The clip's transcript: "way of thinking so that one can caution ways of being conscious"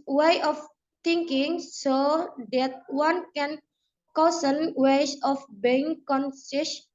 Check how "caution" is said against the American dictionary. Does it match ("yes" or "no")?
no